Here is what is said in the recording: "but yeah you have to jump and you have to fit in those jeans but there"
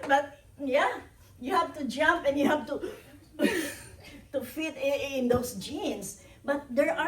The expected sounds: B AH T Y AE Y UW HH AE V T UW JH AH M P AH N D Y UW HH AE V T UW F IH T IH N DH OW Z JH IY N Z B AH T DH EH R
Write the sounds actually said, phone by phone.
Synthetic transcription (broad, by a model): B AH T Y AE Y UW HH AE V T UW JH AH M P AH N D Y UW HH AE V T UW F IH T IH N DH OW S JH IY N S B AH T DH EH R